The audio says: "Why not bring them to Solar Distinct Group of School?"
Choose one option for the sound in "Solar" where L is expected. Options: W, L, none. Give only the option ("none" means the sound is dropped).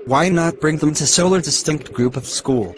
L